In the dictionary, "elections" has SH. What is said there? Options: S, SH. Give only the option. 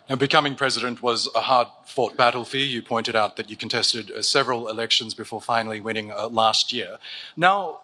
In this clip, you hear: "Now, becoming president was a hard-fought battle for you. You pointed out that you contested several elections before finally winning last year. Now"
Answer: SH